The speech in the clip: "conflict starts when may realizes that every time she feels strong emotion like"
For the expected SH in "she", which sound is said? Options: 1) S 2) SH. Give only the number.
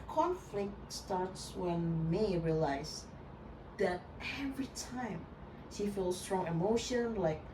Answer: 2